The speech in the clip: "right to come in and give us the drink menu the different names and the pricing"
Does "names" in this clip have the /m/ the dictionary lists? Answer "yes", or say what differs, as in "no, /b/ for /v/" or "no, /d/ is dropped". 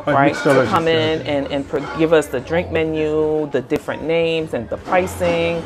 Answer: yes